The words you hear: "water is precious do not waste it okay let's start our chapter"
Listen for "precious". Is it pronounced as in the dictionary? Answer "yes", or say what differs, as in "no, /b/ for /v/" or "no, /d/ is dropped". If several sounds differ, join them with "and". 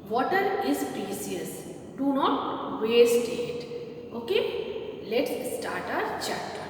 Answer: no, /s/ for /ʃ/